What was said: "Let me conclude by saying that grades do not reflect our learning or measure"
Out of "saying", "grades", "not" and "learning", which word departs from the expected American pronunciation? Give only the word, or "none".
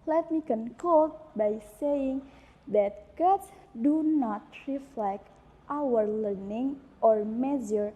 grades